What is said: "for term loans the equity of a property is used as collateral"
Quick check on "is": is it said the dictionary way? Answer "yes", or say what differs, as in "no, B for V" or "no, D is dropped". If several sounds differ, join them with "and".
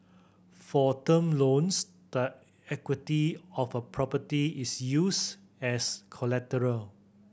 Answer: no, S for Z